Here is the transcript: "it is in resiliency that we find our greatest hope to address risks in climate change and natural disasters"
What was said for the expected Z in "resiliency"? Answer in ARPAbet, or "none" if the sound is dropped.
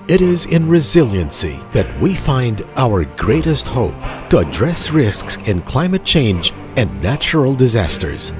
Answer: Z